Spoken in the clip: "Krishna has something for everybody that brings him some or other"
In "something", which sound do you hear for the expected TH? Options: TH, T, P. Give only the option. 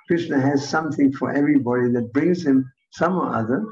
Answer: TH